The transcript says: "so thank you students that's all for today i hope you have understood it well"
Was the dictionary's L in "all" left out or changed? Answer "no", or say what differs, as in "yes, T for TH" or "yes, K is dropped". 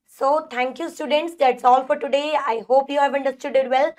no